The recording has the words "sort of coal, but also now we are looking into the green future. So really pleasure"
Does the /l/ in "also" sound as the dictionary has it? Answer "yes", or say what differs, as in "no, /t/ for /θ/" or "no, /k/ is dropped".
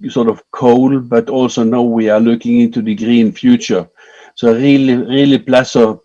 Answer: yes